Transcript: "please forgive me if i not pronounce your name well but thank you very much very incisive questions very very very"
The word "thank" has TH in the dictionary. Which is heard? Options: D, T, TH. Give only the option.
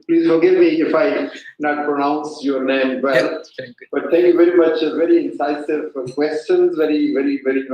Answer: T